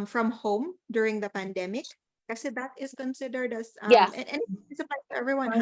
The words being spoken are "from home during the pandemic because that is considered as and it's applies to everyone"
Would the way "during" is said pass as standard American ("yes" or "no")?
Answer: yes